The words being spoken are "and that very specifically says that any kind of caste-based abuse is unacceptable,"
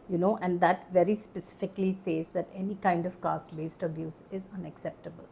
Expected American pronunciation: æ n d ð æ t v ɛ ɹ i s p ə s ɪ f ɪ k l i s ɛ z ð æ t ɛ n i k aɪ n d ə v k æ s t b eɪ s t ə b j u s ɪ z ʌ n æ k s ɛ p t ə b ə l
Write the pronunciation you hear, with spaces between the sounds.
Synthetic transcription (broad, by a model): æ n d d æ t v ɛ ɹ i s p ə s ɪ f ɪ k l i s ɛ z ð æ t ɛ n i k aɪ n d ə v k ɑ s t b eɪ s t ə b j u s ɪ z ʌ n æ k s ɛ p t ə b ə l